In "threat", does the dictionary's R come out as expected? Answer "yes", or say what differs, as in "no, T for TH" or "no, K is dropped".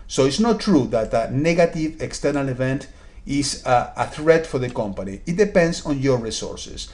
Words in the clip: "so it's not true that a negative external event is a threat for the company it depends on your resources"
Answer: yes